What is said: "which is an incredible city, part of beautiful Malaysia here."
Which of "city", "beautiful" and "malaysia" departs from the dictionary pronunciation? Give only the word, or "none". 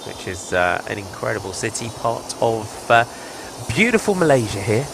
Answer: none